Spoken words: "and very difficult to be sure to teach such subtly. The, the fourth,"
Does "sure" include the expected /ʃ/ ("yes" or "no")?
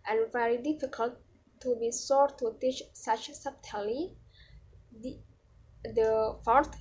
no